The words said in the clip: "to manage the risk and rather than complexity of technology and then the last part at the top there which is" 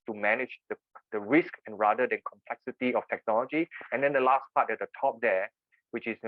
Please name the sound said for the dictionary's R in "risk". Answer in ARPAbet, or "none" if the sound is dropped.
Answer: R